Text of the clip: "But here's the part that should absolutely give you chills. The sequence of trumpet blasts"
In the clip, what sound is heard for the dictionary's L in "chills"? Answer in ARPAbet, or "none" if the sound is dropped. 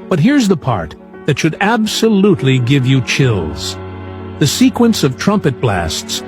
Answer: L